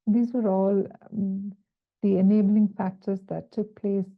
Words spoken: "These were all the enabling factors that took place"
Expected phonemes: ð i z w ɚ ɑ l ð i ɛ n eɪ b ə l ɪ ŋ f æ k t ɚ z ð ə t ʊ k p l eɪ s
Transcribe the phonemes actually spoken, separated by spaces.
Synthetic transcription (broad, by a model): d i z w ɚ ɑ l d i ɛ n eɪ b ə l ɪ ŋ f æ k t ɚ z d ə t ʊ k p l eɪ s